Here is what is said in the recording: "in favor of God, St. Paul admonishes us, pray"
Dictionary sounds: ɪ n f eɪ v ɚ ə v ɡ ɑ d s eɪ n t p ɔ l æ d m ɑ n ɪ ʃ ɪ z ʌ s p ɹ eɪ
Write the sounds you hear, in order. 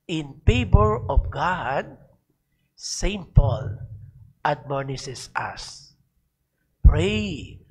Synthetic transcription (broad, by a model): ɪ n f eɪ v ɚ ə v ɡ ɑ d s eɪ n t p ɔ l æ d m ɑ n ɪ s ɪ s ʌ s p ɹ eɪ